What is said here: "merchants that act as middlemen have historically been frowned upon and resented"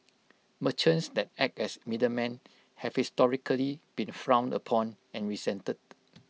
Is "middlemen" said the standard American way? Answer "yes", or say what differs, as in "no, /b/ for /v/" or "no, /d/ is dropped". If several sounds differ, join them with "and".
no, /l/ is dropped